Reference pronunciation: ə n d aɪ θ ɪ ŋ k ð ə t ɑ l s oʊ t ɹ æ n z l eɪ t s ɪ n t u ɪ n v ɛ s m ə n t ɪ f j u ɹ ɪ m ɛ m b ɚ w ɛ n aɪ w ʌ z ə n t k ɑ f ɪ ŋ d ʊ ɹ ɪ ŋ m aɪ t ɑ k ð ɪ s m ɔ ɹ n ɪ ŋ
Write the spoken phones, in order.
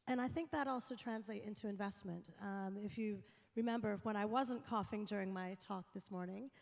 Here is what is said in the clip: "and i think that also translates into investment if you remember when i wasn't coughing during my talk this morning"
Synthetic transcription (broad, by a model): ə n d aɪ θ ɪ ŋ k ð ə t ɑ l s oʊ t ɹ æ n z l eɪ t ɪ n t u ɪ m v ɛ s m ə n t ɪ f j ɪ ɹ ɪ m ɛ m b ɚ w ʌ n aɪ w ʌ z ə n k ɑ f ɪ ŋ d ʊ ɹ ɪ ŋ m aɪ t ɑ k ð ɪ s m ɔ ɹ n ɪ ŋ